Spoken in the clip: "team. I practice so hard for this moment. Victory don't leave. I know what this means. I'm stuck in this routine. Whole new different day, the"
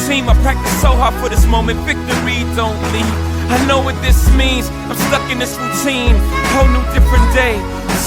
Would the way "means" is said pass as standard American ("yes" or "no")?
yes